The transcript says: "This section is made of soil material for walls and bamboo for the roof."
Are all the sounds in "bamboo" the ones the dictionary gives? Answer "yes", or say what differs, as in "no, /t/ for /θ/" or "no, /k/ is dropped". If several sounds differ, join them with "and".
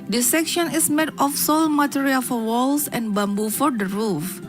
yes